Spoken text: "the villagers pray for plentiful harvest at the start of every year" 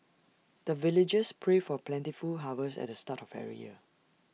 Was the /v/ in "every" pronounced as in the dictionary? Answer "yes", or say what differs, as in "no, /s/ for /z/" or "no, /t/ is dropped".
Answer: no, /v/ is dropped